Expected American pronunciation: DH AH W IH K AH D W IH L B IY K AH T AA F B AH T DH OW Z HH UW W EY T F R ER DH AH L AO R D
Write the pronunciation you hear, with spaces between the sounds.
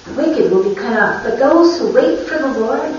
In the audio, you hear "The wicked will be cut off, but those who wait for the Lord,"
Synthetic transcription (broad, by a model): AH W IH K AH D W IH L B IY K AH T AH P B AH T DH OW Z HH UW W EY T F R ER DH AH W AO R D